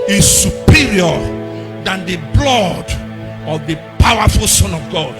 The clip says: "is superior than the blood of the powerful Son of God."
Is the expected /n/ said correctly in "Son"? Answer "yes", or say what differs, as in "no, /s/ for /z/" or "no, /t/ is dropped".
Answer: yes